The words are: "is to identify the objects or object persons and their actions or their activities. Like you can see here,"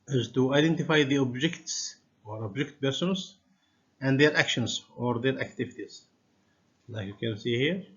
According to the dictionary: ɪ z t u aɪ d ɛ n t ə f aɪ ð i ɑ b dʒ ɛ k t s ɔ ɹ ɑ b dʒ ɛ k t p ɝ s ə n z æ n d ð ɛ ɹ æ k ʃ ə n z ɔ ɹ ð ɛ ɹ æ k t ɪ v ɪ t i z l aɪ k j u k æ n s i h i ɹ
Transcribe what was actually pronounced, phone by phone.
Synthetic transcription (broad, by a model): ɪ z t u aɪ d ɛ n t ə f aɪ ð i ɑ b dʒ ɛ k t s ɔ ɹ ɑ b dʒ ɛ k t b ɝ s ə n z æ n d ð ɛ ɹ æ k ʃ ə n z ɔ ɹ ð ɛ ɹ æ k t ɪ v ɪ t i z l aɪ k j u k æ n s i h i ɹ